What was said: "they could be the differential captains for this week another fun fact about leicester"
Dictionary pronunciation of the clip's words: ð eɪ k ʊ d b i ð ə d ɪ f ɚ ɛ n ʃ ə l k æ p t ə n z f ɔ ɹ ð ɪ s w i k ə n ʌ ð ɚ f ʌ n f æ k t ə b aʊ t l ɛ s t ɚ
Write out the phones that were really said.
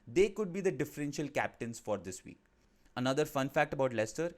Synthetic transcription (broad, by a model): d eɪ k ʊ d b i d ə d ɪ f ɚ ɛ n ʃ ə l k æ p t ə n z f ɔ ɹ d ɪ s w i k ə n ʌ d ɚ f ʌ n f æ k t ə b aʊ t l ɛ s t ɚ